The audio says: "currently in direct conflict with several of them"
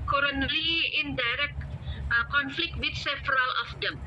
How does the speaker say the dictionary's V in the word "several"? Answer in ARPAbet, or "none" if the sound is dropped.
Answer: F